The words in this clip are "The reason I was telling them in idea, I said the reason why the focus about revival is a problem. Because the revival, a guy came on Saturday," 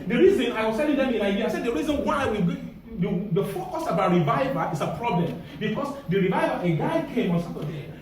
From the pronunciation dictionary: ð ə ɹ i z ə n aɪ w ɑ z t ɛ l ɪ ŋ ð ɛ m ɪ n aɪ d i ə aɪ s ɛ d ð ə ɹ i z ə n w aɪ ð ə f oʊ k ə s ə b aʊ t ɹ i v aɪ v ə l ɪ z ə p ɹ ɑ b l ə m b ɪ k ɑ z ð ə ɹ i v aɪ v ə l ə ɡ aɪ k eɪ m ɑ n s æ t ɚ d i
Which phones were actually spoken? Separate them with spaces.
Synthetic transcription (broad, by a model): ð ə ɹ i z ə n aɪ w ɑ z t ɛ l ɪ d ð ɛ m ɪ n aɪ d i ə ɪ s ɛ d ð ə ɹ i z ə n w aɪ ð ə f oʊ k ə s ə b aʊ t ɹ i v aɪ v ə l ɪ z ə p ɹ ɑ b l ə m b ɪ k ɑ s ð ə ɹ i v aɪ v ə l ə ɡ aɪ k eɪ m ɑ n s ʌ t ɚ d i